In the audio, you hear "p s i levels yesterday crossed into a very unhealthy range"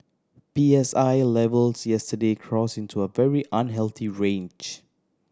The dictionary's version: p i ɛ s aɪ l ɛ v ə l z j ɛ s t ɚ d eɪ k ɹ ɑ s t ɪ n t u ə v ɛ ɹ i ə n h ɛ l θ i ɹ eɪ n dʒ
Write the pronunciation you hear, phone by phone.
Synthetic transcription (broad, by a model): p i ɛ s aɪ l ɛ v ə l s j ɛ s t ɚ d eɪ k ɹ ɑ s ɪ n t u ə v ɛ ɹ i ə n h ɛ l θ i ɹ eɪ n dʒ